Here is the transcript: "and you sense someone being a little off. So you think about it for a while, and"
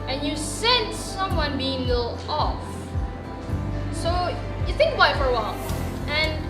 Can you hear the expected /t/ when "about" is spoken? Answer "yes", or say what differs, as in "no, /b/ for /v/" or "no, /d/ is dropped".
no, /t/ is dropped